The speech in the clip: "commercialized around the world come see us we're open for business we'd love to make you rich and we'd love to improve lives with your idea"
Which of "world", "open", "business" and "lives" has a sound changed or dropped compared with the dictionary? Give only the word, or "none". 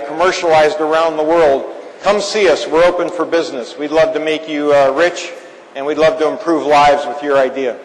none